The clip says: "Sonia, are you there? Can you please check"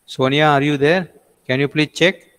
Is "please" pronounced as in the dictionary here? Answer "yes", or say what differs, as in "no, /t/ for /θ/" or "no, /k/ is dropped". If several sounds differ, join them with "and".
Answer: no, /z/ is dropped